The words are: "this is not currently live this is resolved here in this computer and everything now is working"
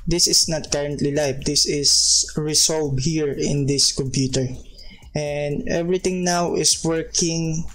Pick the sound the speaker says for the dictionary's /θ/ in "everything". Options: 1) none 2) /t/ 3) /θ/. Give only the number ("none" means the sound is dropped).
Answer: 2